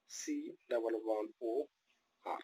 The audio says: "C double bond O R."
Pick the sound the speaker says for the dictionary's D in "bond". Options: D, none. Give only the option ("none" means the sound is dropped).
none